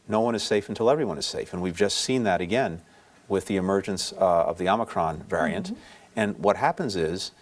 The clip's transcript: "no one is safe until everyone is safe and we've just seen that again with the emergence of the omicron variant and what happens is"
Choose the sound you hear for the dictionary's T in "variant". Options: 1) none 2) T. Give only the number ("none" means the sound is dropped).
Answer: 2